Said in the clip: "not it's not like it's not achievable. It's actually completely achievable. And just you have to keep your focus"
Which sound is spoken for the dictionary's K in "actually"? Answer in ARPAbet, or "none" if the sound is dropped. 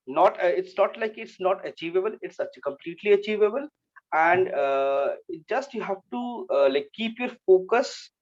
none